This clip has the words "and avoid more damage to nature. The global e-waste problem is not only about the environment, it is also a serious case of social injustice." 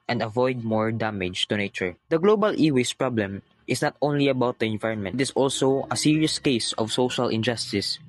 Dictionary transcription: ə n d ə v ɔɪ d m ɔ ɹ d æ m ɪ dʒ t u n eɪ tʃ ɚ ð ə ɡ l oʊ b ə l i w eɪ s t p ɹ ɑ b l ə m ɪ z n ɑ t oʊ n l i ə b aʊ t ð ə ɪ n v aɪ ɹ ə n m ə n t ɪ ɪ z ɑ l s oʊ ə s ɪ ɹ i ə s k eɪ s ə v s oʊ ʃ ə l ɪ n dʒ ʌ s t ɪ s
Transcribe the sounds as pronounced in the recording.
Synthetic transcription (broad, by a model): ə n d ə v ɔɪ d m ɔ ɹ d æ m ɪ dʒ t u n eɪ tʃ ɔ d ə ɡ l oʊ b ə l i w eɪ s p ɹ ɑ b l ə m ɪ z n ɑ t oʊ n l i ə b aʊ t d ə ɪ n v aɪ ɹ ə n m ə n t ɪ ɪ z ɑ l s oʊ ə s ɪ ɹ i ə s k eɪ s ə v s oʊ ʃ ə l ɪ n dʒ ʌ s t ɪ s